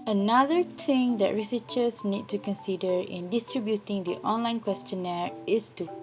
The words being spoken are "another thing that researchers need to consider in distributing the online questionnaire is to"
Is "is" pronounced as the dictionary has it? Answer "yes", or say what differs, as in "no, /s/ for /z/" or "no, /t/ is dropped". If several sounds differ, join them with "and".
no, /s/ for /z/